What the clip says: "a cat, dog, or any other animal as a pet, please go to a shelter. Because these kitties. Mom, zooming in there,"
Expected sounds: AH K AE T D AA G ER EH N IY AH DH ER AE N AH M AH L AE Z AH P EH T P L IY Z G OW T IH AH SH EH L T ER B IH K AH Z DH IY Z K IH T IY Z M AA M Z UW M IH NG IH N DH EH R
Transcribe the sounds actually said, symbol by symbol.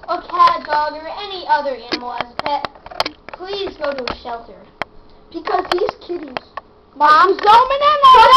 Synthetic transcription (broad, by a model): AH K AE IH D AA G ER EH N IY AH DH ER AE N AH M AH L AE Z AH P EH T P L IY Z G OW T IH AH SH EH L T ER B IH K AH Z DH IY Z K IH T IY Z M AA M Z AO IH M IH N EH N